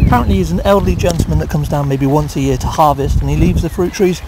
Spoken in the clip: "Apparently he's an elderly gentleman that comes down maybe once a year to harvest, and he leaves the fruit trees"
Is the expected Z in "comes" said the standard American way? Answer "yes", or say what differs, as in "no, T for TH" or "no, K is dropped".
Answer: yes